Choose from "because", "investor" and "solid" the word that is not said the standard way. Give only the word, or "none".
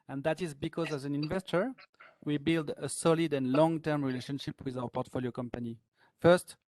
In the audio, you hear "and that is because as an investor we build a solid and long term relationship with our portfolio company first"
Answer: none